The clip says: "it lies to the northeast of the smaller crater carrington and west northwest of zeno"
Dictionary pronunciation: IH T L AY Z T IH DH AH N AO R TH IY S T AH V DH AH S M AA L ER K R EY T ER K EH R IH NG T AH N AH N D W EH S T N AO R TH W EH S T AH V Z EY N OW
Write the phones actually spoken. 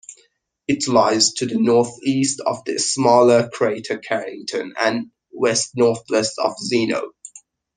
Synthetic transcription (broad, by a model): IH T L AY Z T IH DH AH N AO R TH IY S T AH V DH AH S M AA L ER K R EY T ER K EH R IH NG T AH N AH N W EH S T N AO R TH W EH S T AH V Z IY N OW